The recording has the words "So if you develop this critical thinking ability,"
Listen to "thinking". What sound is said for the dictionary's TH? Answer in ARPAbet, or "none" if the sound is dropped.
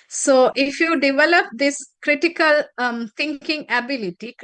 T